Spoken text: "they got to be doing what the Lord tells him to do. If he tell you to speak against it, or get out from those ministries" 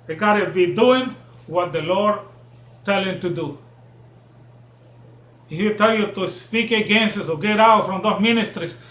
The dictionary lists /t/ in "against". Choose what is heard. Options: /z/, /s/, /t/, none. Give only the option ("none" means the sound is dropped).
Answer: none